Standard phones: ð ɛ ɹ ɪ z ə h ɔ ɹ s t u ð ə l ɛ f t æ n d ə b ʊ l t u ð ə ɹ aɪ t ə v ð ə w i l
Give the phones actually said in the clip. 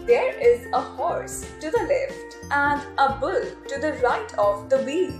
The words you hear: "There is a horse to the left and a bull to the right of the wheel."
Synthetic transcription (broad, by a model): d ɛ ɹ ɪ z ə h ɔ ɹ s t u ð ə l ɛ f t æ n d ə b ʊ l t u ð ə ɹ aɪ t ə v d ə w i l